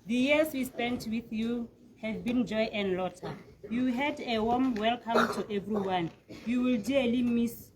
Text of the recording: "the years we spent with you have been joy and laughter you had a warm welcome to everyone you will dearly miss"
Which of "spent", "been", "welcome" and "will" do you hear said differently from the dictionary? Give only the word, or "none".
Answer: none